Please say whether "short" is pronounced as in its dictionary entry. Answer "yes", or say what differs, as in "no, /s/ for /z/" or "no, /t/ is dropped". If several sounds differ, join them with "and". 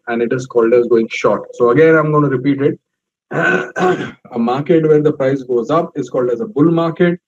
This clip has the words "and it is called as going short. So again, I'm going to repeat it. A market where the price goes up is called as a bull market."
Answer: yes